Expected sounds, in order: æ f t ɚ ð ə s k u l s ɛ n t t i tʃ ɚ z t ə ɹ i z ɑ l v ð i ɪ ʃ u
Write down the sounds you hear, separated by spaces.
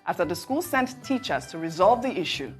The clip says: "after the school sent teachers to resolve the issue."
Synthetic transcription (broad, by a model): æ f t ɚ ð ə s k u l s ɛ n t t i tʃ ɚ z t ə ɹ i z ɑ l v ð i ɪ ʃ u